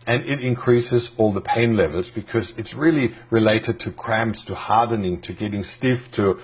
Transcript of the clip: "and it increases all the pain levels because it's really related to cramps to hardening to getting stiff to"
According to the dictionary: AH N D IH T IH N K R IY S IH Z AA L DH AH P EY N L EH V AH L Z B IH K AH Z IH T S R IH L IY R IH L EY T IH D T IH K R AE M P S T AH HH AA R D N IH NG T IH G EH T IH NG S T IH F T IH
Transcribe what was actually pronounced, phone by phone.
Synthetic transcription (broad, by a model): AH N IH T IH N K R IY S IH Z AA L DH AH P EY N L EH V AH L Z B IH K AH Z IH T S R IH L IY R IH L EY T IH D T IH K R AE M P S T AH HH AA R D N IH NG T IH G EH T IH NG S T IH F T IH